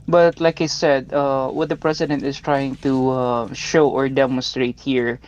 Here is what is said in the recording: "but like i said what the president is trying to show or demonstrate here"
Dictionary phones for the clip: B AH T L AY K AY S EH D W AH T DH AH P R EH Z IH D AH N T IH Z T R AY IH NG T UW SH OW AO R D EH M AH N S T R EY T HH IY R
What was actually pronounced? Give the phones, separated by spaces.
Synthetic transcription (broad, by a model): B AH T L AY K AY S EH D W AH T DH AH P R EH S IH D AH N T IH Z T R AY IH NG T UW SH OW AO R D EH M AH N S T R EY T HH IY R